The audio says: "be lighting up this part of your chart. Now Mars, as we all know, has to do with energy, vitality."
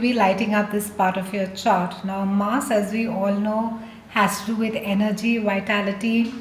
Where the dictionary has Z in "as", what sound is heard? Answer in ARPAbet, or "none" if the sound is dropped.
Z